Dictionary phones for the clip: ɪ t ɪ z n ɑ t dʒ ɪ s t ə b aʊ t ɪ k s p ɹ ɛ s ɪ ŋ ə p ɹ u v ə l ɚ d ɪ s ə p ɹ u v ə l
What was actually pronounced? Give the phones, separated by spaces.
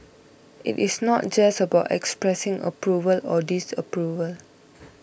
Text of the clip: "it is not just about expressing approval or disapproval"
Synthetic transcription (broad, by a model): ɪ t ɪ s n ɑ t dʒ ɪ s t ə b aʊ t ɪ k s p ɹ ɛ s ɪ ŋ ə p ɹ u v ə l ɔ d ɪ s ə p ɹ u v ə l